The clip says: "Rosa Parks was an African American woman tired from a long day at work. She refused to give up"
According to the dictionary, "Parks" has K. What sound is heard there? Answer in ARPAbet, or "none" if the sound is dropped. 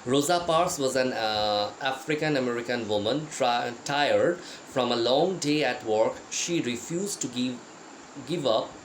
none